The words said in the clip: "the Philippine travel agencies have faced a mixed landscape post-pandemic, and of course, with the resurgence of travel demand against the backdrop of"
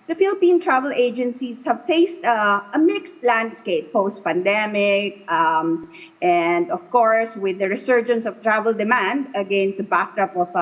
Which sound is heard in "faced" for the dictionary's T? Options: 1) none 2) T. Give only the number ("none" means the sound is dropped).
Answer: 2